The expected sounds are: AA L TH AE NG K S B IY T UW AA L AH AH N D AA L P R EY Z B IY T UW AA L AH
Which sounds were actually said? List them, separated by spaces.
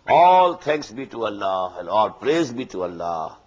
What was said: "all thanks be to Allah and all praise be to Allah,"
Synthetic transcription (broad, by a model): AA L T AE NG K S B IY T UW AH L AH AH N D AA L P R EY Z B IY T UW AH L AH